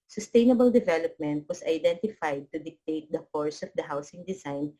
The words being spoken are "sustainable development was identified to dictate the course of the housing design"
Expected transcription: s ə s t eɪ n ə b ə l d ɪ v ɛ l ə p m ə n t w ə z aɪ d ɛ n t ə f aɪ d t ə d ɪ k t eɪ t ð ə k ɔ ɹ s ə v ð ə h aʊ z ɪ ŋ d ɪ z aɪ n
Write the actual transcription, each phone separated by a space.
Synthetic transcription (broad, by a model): s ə s t eɪ n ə b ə l d ɪ v ɛ l ə p m ə n t w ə s aɪ d ɛ n t ə f aɪ d t ə d ɪ k t eɪ t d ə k ɔ ɹ s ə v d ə h aʊ s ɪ ŋ d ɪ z aɪ n